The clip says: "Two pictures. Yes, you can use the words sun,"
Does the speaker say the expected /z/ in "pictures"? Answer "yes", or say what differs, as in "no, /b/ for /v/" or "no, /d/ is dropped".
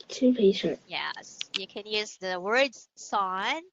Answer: no, /z/ is dropped